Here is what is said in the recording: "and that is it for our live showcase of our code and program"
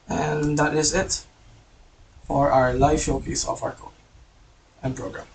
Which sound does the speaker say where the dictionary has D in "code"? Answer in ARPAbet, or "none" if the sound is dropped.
none